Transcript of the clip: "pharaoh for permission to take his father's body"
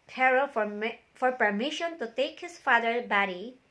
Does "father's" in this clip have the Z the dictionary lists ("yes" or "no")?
no